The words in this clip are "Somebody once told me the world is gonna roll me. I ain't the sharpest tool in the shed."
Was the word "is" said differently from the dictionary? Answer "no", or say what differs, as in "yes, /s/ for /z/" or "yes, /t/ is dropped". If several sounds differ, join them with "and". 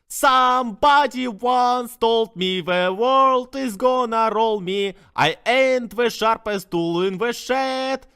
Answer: no